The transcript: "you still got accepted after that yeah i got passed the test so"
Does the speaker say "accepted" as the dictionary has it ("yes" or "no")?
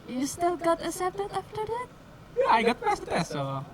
no